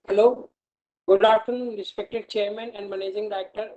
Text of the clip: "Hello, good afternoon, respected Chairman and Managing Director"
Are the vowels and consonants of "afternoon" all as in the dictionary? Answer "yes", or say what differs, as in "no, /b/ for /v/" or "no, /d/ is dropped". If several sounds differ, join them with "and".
no, /f/ is dropped